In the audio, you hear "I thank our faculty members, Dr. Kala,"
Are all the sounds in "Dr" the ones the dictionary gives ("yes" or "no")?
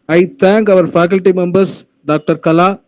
yes